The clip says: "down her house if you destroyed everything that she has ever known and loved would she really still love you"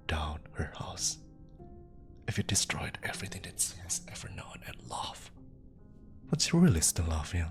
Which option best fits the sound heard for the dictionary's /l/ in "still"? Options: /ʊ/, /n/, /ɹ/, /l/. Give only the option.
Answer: /n/